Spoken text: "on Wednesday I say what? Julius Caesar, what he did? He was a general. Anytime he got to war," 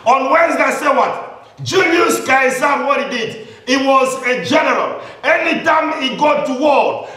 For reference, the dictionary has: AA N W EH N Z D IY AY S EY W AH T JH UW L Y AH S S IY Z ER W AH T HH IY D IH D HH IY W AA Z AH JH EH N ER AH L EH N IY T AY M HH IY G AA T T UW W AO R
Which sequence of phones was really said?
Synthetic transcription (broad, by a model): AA N W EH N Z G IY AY S EY W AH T JH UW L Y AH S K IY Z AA W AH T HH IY D IH D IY W AA Z AH JH EH N ER AH L EH N IY T AY M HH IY G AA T T UW W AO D